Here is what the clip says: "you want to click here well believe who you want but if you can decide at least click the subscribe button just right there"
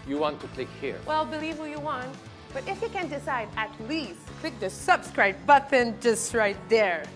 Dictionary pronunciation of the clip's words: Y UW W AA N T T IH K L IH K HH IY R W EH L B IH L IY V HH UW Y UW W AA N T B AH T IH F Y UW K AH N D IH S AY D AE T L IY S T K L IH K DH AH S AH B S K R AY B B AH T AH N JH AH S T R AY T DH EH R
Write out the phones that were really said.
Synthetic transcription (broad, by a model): Y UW W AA N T T IH K L IH K HH IY R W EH L B IH L IY V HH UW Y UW W AA N T B AH T IH F Y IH K AH N D IH S AY D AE T L IY S T K L IH K DH AH S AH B S K R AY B B AH T AH N JH AH S T R AY T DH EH R